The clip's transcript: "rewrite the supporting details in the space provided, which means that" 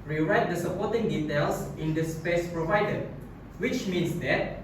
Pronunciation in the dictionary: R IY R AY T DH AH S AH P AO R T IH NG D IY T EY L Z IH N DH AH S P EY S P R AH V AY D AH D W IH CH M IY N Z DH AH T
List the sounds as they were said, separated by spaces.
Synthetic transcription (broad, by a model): R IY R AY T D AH S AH P AO T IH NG D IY T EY L S IH N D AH S P EY S P R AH V AY D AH W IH CH M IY N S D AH T